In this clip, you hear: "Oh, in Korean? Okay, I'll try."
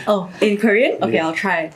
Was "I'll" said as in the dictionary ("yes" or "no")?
yes